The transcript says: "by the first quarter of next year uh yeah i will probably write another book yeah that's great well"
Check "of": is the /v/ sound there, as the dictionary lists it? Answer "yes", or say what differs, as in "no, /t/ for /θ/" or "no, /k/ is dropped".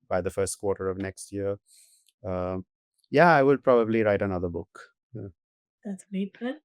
yes